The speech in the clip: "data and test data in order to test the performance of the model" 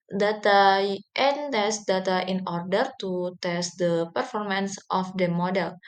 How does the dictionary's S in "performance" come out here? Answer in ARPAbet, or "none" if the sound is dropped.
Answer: S